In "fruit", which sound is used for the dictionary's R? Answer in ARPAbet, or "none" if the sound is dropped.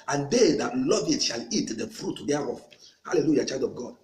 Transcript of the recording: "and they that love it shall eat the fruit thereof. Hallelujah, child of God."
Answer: R